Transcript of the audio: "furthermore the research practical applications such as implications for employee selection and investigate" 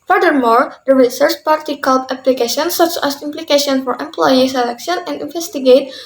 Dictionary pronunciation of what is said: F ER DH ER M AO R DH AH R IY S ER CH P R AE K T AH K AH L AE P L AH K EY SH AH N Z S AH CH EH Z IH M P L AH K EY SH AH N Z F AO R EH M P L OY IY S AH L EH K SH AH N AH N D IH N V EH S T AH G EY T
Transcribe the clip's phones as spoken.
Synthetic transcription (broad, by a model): F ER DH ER M AO R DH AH R IY S ER CH P AA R T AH K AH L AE P L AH K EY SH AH N S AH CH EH S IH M P L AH K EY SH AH N F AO R EH M P L OY IY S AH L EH K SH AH N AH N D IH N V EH S T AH G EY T